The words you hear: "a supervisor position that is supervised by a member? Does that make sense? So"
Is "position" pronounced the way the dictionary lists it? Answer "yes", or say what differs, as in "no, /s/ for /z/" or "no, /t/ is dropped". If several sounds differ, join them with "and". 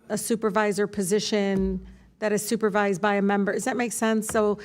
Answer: yes